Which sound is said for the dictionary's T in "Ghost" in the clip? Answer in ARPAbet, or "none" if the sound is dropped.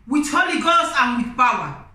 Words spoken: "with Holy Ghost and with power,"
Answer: none